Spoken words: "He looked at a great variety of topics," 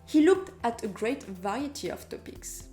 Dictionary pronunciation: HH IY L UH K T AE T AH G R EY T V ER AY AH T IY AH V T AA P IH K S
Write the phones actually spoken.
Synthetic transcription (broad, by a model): HH IY L UH K T AE T AH G R EY T V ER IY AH T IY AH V T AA P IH K S